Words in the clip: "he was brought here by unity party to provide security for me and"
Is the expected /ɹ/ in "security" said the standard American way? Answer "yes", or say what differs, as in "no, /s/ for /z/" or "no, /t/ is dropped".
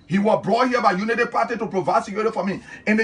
no, /ɹ/ is dropped